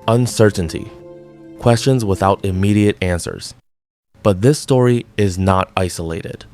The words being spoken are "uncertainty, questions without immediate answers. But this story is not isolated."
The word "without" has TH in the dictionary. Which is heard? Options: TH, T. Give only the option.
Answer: TH